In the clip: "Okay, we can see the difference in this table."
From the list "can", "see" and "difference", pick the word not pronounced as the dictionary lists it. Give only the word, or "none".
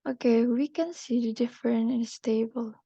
difference